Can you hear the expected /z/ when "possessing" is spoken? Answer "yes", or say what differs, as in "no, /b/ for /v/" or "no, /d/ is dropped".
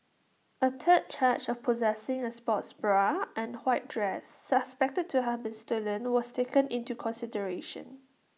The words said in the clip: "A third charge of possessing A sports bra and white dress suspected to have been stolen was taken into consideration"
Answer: yes